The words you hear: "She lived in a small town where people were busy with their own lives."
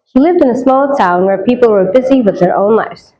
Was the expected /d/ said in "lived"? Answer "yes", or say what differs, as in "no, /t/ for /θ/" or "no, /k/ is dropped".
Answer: yes